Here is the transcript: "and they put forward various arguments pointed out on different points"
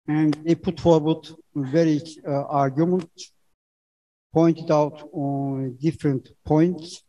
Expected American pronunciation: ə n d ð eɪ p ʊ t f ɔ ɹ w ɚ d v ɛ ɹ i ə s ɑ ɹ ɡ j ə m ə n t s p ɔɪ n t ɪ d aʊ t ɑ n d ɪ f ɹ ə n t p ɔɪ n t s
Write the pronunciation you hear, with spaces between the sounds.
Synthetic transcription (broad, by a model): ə n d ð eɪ p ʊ t f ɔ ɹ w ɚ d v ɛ ɹ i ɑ ɹ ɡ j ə m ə n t p ɔɪ n t ɪ d aʊ t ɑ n d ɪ f ɹ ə n t p ɔɪ n t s